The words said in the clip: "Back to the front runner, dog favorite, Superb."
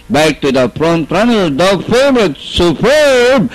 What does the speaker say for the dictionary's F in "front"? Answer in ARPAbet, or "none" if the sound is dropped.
P